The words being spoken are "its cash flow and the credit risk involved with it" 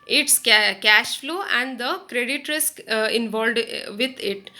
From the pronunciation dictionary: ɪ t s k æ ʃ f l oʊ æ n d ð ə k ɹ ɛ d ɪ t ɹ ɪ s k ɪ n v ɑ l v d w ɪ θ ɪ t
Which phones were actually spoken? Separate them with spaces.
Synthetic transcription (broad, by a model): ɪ t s k æ ʃ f l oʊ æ n d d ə k ɹ ɛ d ɪ t ɹ ɪ s k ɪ n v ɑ l d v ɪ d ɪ t